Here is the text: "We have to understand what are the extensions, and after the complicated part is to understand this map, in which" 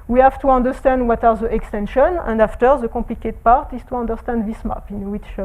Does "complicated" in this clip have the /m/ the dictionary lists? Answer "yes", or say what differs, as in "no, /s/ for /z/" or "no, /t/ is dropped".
no, /m/ is dropped